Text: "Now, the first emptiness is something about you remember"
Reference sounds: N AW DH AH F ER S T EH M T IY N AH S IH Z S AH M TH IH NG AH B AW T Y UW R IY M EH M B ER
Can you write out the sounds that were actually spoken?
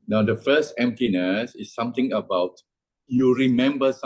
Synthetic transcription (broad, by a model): N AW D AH F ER S T EH M T IY N AH S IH S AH M T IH NG AH B AW T Y UW R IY M EH M B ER